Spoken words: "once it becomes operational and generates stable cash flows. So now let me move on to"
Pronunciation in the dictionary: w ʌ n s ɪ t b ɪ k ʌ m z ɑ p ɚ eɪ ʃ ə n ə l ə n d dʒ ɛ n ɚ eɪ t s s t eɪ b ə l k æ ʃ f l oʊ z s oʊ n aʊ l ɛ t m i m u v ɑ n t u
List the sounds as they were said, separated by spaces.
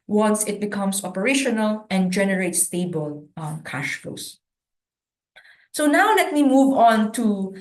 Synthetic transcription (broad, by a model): w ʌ n s ɪ t b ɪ k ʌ m s ɑ p ɚ eɪ ʃ ə n ə l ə n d dʒ ɛ n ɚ eɪ t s s t eɪ b ə l k æ ʃ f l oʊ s s oʊ n aʊ l ɛ t m i m u v ɑ n t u